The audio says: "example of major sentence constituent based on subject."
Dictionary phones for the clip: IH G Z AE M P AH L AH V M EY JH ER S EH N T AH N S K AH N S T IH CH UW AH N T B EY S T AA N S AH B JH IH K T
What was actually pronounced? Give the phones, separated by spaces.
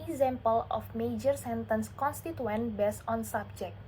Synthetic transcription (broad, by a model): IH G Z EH M P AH L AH F M EY JH ER S EH N T AH N S K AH N S T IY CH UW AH N B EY S AA N S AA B JH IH K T